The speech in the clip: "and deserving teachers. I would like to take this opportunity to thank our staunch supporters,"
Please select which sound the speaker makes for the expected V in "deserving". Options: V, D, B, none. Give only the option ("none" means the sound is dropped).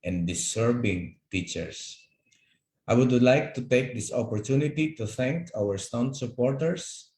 B